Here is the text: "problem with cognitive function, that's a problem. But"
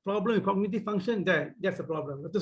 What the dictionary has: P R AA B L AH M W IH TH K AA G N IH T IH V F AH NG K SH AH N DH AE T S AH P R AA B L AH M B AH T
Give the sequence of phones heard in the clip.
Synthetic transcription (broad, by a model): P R AA B L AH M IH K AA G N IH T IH F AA NG SH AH N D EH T S AH P R AA B L AH M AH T